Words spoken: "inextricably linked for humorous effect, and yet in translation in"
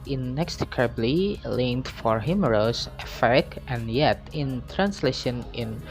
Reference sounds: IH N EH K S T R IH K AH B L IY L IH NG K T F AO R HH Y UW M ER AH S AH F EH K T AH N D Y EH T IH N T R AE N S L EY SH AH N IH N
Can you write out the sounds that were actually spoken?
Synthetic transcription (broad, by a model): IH N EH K S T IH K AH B L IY L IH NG T F AO R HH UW M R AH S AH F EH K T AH N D Y EH T IH N T R AE N S L EY SH AH N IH N